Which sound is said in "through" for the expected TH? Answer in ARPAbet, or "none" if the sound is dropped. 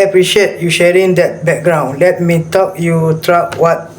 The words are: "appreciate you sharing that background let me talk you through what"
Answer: T